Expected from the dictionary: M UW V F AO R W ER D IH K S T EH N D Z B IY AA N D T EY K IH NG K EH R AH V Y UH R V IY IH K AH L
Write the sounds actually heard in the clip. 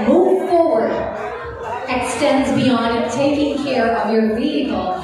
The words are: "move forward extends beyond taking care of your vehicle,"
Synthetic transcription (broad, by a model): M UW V F AO R W ER D IH K S T EH N D Z B IY AA N D T EY K IH NG K EH R AH V Y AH R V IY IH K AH L